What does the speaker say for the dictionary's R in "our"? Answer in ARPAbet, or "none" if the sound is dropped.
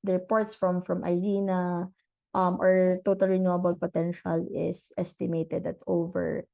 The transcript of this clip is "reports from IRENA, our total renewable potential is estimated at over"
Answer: R